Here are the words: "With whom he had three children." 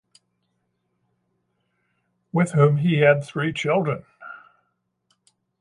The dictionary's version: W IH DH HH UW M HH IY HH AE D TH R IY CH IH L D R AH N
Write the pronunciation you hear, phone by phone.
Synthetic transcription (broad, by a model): W IH DH HH UW M IY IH D TH R IY CH IH L D R AH N